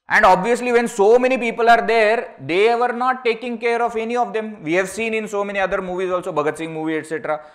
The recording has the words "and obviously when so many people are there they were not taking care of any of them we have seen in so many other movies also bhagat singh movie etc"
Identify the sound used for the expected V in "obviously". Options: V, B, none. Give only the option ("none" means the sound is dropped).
V